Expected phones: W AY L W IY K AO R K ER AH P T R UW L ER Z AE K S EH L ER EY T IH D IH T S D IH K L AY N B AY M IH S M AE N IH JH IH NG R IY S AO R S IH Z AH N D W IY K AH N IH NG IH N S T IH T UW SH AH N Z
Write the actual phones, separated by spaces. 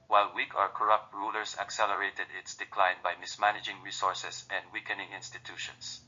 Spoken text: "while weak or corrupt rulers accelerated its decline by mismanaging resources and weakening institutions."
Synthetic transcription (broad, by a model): W AY L W IY K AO R K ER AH P T R UW L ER S AE K S EH L ER EY T IH D IH T S D IH K L AY N B AY M IH S M AE N IH JH IH NG R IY S AO R S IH S AH N D W IY K AH N IH NG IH N S T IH T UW SH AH N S